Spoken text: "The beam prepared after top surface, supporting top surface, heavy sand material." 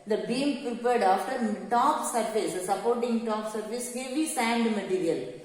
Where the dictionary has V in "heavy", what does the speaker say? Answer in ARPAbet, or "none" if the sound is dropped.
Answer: B